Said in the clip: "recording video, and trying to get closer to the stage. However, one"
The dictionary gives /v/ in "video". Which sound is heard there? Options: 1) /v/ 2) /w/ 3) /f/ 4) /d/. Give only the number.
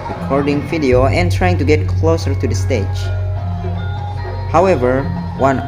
3